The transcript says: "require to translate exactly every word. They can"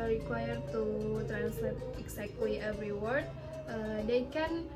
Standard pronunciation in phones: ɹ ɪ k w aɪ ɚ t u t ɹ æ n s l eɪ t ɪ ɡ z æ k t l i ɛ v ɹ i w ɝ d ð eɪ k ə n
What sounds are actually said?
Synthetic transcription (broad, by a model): ɹ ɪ k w aɪ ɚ t u t ɹ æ n s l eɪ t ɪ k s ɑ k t w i ɛ v ɹ i w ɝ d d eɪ k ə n